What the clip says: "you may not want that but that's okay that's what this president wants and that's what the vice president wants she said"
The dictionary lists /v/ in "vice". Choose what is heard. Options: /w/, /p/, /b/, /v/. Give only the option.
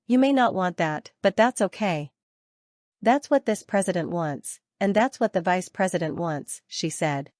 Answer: /v/